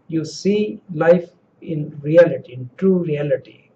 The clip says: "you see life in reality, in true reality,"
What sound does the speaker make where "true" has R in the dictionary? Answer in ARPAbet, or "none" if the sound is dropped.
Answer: R